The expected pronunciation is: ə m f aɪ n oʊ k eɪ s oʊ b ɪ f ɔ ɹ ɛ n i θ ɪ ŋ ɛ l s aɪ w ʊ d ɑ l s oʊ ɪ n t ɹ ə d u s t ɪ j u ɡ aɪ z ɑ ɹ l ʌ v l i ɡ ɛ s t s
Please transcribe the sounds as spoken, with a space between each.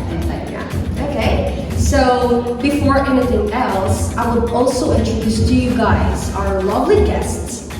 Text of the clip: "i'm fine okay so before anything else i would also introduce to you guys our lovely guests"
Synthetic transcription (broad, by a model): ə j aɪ oʊ k eɪ s oʊ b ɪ f ɔ ɹ ɛ n i θ ɪ ŋ ɛ l s aɪ w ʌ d ɑ l s oʊ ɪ n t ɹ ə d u s t ɪ j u ɡ aɪ z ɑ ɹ l ʌ v l i ɡ ɛ s t s